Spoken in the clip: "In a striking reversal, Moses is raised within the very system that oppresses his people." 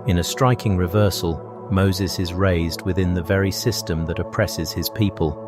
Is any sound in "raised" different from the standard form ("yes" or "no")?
no